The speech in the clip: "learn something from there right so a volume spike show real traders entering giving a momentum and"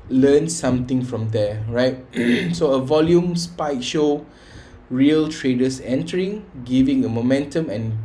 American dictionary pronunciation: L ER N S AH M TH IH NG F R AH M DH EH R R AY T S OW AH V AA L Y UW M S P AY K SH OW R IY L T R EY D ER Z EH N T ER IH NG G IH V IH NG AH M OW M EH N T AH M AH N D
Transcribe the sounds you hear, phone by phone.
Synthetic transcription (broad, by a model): L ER N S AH M T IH NG F R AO M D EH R R AY T S OW AH V AA L Y UW M S P AY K SH OW R IY L T R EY D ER S EH N T ER IH NG G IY V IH NG AH M OW M EH N T AH M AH N